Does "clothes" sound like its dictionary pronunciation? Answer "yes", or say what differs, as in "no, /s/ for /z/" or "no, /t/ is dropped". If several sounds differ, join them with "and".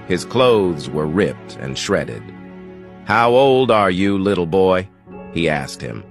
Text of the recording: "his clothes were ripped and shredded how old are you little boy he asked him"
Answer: yes